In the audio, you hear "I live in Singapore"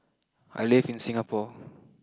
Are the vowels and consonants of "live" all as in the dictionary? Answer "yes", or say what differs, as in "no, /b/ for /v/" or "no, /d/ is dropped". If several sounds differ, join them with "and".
no, /f/ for /v/